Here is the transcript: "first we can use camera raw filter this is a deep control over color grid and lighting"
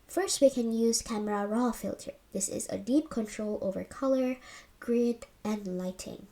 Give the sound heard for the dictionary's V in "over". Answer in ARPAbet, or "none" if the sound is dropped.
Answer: V